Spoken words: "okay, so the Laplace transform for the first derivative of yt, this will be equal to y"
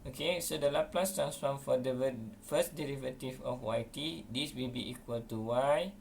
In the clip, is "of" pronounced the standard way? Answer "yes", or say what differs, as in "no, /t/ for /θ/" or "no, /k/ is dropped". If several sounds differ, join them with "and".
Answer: no, /w/ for /v/